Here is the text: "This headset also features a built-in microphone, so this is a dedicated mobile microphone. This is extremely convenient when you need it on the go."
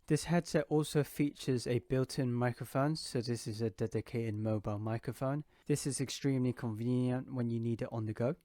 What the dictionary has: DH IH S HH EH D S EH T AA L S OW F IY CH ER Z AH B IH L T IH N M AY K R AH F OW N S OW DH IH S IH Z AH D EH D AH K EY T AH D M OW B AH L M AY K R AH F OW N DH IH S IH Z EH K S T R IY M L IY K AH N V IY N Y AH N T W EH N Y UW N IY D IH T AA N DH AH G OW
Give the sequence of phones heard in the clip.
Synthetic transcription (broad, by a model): DH IH S HH EH D S EH T AA L S OW F IY CH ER Z AH B IH L T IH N M AY K R AH F OW N S OW DH IH S IH Z AH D EH D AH K EY T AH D M OW B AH L M AY K R AH F OW N DH IH S IH Z EH K S T R IY M L IY K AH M V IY N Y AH N T W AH N Y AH N IY D IH T N DH AH G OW